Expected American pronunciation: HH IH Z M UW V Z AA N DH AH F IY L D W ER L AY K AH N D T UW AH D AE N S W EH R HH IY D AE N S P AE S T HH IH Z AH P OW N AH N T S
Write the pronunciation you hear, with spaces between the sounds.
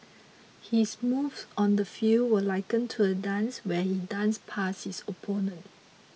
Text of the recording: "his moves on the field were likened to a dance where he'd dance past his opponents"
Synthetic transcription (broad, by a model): HH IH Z M UW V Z AA N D AH F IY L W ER L AY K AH N T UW AH D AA N S W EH HH IY D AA N S P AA S HH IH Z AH P OW N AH N T